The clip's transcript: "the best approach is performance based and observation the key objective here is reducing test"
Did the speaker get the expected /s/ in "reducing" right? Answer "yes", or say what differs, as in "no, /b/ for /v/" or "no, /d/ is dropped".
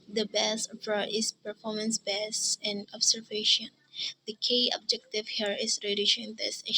no, /ʃ/ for /s/